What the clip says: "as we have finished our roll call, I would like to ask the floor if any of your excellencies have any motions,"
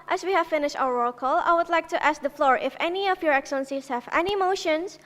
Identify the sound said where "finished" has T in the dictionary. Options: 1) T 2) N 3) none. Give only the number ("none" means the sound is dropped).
1